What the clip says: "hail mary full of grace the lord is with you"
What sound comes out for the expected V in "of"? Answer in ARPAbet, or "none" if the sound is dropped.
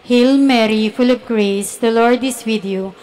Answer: P